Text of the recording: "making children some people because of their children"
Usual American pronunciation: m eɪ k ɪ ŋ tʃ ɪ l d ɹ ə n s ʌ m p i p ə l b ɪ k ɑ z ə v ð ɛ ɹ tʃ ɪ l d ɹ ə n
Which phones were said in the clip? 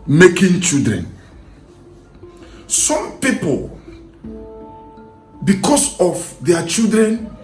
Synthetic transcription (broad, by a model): m eɪ k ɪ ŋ tʃ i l d ɹ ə n s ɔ m p i p ə l b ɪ k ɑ s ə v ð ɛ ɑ tʃ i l d ɹ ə n